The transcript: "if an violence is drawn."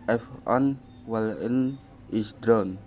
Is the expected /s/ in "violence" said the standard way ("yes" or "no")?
no